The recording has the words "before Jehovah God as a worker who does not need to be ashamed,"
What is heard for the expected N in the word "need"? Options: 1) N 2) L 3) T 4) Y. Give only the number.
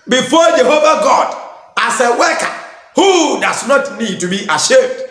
1